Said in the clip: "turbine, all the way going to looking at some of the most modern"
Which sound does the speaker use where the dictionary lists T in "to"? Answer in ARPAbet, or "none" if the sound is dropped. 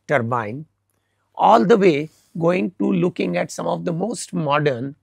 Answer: T